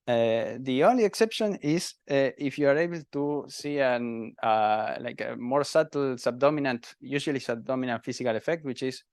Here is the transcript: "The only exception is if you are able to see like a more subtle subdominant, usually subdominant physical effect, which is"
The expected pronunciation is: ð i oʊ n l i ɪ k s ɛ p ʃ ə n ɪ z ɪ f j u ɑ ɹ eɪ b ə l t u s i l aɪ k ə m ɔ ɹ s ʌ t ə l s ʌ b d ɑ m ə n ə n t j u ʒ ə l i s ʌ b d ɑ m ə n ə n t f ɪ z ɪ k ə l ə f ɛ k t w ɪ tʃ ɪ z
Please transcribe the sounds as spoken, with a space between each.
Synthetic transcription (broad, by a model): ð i oʊ n l i ɪ k s ɛ p ʃ ə n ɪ s ɪ f j u ɑ ɹ eɪ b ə l t u s i l aɪ k ə m ɔ ɹ s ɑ t l s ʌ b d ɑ m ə n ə n t j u s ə l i s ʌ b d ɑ m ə n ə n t f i s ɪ k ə l ə f ɛ k t w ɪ tʃ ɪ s